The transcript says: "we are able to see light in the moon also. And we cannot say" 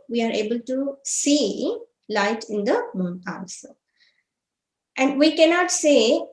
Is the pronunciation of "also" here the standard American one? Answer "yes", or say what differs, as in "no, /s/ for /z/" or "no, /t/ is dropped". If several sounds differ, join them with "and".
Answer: no, /n/ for /l/